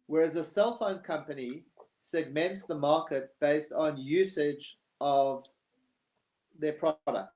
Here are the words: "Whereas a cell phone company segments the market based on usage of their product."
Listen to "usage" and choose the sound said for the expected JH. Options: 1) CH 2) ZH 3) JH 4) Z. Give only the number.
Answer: 3